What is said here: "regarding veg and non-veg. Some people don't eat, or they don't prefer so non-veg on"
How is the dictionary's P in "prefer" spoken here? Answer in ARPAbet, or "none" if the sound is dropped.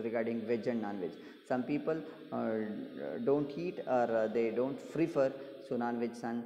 F